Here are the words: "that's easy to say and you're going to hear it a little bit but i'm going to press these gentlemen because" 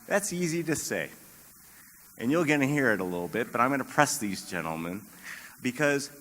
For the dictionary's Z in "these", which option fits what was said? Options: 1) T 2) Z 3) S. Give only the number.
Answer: 2